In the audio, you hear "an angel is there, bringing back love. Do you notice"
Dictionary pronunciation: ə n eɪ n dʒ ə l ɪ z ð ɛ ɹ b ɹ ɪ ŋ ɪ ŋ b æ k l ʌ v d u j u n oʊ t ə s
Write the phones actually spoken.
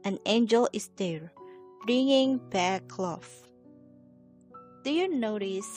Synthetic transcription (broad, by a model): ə n eɪ n dʒ ə l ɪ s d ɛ ɹ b ɹ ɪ ŋ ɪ ŋ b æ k l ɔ f d u j u n oʊ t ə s